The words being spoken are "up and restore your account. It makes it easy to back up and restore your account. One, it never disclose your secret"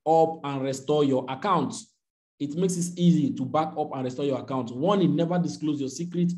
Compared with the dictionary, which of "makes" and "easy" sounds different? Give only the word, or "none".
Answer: none